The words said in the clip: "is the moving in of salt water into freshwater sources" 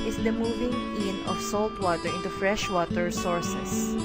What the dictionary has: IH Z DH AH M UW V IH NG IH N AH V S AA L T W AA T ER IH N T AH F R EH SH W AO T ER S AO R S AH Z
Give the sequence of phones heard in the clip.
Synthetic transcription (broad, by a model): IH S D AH M UW V IH NG IH N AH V S AA L T W AA T ER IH N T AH F R EH SH W AO T ER S AO R S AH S